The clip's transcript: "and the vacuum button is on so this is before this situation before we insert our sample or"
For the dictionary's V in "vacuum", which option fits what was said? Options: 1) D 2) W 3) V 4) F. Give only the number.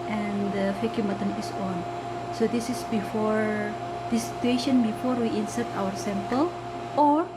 4